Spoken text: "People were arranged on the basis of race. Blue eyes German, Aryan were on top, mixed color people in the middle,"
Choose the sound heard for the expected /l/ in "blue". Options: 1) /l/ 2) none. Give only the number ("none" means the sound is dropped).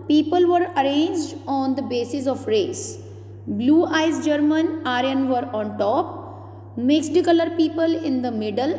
1